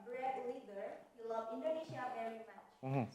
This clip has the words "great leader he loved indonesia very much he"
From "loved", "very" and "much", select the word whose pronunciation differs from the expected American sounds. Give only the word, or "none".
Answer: loved